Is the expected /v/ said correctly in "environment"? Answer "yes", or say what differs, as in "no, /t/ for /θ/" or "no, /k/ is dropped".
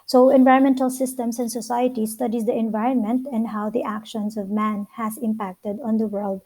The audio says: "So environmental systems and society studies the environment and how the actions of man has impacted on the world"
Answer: yes